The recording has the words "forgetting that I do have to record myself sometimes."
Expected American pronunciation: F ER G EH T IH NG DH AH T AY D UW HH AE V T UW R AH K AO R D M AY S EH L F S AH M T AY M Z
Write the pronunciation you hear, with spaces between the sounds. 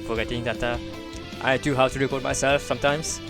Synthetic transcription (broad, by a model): F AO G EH T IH NG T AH T AY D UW HH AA W T UW R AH K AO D M AY S EH L F S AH M T AY M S